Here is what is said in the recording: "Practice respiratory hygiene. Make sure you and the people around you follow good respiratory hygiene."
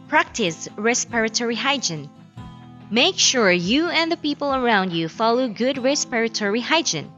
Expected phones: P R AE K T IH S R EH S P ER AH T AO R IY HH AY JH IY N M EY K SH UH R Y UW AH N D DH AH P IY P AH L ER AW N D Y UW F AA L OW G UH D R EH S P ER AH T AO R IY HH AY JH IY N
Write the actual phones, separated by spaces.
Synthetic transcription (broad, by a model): P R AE K T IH S R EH S P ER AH T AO R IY HH AY JH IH N M EY K SH UH R Y UW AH N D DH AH P IY P AH L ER AW N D Y UW F AA L OW G UH D R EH S P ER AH T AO R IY HH AY JH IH N